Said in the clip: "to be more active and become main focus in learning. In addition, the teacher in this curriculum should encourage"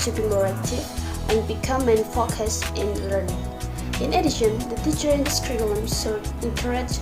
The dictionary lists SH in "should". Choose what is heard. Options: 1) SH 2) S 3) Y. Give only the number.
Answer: 2